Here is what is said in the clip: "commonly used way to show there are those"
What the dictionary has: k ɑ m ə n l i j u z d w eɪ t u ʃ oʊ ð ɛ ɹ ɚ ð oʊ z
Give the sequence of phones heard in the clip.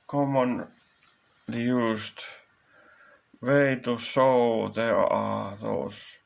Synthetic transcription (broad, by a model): k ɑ m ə n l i j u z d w eɪ t u s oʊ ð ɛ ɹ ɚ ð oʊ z